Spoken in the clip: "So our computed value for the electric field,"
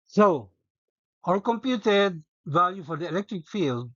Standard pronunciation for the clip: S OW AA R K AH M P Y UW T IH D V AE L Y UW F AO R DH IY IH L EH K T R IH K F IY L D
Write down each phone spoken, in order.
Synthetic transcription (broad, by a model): S OW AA L K AH M P Y UW T IH D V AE L Y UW F AO R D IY IH L EH K T R IH K F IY L D